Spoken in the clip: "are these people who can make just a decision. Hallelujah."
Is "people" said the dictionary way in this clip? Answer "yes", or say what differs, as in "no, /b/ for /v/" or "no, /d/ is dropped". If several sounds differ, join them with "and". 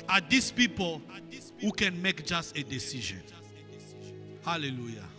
yes